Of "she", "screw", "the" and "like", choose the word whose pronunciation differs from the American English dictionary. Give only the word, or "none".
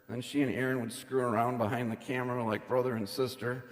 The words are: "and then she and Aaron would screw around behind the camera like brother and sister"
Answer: none